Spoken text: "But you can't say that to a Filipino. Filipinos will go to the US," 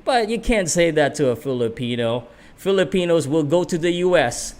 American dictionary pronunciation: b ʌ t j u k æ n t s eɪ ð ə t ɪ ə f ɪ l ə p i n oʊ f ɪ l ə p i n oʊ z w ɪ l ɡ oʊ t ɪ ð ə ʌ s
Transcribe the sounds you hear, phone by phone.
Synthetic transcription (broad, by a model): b ʌ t j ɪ k æ n t s eɪ ð ə t ɪ ə f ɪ l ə p i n oʊ f ɪ l ə p i n oʊ z w ɪ l ɡ oʊ t ɪ ð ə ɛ s